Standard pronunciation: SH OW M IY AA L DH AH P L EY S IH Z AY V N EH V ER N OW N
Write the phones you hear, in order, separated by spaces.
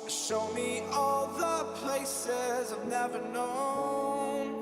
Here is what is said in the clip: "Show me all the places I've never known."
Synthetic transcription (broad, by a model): SH OW M IY AA L DH AH P L EY S IH Z AY V N EH V ER N OW N